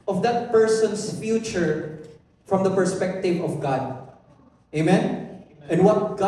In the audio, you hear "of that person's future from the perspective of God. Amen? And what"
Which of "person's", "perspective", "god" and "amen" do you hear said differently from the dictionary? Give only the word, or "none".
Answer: person's